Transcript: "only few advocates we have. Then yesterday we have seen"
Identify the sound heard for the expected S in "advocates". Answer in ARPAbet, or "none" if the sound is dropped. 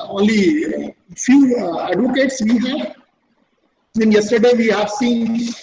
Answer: S